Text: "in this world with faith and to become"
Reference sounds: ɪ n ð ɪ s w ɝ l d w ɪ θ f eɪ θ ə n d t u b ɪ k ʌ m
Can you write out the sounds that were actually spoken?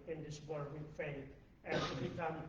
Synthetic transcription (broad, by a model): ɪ n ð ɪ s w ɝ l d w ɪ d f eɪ t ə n t u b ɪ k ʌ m